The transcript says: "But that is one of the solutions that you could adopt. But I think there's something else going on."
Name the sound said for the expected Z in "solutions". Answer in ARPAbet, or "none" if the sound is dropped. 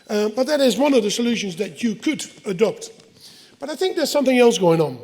Z